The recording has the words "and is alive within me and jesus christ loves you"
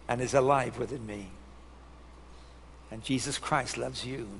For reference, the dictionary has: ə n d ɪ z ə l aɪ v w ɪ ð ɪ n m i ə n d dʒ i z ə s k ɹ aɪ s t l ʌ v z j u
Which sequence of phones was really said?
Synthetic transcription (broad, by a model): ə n ɪ z ə l aɪ v w ɪ ð ɪ n m i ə n dʒ i z ə s k ɹ aɪ s t l ʌ v z j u